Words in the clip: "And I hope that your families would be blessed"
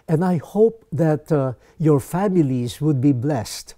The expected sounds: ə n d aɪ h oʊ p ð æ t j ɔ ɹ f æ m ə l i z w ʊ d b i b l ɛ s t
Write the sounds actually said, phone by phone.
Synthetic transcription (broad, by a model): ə n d aɪ h oʊ p ð æ t j ɔ ɹ f æ m ə l i z w ʊ d b i b l ɛ s t